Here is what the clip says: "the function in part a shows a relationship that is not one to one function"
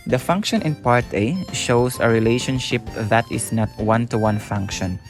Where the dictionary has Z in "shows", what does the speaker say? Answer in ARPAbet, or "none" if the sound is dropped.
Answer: S